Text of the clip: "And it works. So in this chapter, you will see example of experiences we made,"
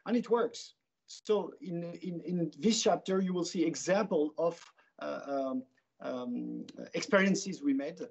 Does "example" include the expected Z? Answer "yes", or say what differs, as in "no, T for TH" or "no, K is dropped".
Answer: yes